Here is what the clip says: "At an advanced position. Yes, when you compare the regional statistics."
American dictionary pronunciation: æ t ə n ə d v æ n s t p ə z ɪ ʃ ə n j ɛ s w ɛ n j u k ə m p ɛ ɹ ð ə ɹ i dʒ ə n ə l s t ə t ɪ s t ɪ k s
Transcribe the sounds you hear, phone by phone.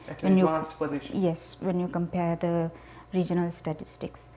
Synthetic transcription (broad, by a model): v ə n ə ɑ s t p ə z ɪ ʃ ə j ɛ s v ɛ n j u k ə m p ɛ ɹ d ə ɹ i dʒ ə n ə l s t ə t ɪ s t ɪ k s